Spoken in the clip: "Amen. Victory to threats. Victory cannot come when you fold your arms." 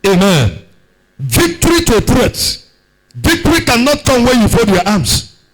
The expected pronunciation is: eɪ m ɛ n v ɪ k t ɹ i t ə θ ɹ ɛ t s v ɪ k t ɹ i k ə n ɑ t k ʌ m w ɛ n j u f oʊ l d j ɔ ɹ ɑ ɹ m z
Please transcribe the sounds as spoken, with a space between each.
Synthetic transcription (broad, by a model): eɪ m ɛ n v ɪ k t ɹ i t ə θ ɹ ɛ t v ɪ k t ɹ i k ə n ɑ t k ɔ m w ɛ j u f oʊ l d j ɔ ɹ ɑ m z